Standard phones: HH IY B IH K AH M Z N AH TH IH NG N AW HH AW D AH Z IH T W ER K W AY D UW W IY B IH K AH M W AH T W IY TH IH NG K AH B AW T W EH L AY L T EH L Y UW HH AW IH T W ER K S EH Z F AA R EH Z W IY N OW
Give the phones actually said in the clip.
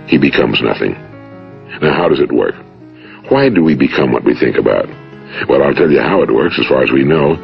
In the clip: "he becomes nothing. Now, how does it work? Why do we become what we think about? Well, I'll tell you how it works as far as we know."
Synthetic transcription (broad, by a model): HH IY B IH K AH M Z N AH TH IH NG N AW HH AW D AH Z IH T W ER K W AY D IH W IY B IH K AH M W AH T W IY TH IH NG K AH B AW T W EH L AY L T EH L Y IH HH AW IH T W ER K S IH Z F AA R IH Z W IY N OW